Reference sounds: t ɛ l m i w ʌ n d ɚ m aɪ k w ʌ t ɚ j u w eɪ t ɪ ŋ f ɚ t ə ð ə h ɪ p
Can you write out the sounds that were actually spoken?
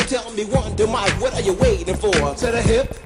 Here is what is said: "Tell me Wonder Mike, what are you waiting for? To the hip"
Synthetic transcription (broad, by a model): t ɛ l m i w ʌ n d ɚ m aɪ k w ʌ t ɚ j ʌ w eɪ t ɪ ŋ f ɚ s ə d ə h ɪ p